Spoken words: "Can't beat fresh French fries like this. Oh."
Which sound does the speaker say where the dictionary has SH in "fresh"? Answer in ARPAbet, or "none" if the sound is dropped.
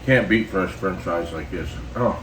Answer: S